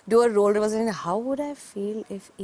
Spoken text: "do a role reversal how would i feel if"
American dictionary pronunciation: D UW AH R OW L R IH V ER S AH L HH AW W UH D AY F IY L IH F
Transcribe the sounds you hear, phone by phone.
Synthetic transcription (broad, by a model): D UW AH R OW L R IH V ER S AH N HH AW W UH D AY F IY L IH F